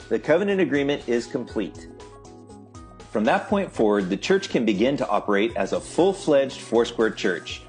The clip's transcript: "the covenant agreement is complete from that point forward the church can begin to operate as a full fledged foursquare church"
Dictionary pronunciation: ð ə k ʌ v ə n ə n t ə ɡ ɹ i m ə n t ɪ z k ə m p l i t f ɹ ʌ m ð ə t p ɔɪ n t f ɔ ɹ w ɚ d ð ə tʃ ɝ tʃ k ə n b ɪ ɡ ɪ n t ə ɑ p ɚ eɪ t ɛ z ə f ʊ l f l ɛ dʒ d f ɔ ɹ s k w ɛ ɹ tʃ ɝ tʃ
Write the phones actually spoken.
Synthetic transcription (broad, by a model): ð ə k ʌ v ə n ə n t ə ɡ ɹ i m ə n t ɪ z k ə m p l i t f ɹ ʌ m ð ə t p ɔɪ n t f ɔ ɹ w ɚ d ð ə tʃ ɝ tʃ k ə n b ɪ ɡ ɪ n t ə ɑ p ɚ eɪ t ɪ z ə f ʊ l f l ɛ dʒ d f ɔ ɹ s k w ɛ ɹ tʃ ɝ tʃ